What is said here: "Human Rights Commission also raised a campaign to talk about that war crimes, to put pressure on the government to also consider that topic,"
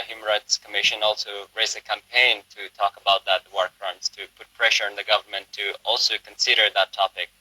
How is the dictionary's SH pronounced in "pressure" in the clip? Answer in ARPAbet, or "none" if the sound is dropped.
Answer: SH